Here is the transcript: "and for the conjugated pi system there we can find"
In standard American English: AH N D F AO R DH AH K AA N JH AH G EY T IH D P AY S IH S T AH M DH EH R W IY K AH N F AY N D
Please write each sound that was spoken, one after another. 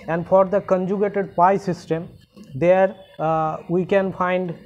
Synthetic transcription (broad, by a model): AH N D F AO R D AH K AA N JH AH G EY T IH D P AY S IH S T AH M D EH R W IY K AH N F AY N D